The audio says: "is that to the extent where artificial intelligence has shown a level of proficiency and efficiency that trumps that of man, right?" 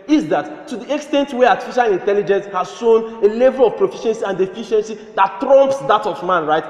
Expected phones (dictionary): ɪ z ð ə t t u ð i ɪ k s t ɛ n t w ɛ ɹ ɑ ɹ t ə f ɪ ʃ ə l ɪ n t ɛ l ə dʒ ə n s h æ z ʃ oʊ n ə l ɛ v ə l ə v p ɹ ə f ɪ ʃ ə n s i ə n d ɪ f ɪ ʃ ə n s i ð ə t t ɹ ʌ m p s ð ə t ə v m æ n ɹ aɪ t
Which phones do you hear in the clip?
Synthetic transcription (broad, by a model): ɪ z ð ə t t u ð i ɪ k s t ɛ n t w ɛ ɑ t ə f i ʃ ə l ɪ n t ɛ l ə dʒ ə n s h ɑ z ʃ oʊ n ə l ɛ v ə l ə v p ɹ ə f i ʃ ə n s i ə n d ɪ f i ʃ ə n s i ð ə t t ɹ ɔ m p s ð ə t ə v m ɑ n ɹ aɪ t